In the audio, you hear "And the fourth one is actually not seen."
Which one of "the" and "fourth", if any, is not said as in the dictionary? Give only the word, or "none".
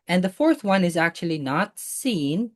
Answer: none